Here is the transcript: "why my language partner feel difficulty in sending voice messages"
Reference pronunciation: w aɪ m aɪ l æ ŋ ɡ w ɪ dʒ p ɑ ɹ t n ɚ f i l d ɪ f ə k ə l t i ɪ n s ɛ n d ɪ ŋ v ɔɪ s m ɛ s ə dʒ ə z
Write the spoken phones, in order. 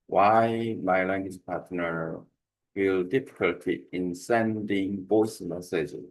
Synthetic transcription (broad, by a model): w aɪ m aɪ l æ ŋ ɡ w ɪ dʒ p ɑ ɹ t n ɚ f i l d ɪ f ə k ə l t i ɪ n s ɛ n d ɪ ŋ b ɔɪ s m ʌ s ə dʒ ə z